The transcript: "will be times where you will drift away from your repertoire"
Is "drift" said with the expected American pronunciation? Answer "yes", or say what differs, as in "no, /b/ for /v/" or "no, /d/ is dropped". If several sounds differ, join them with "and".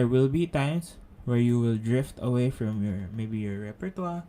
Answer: yes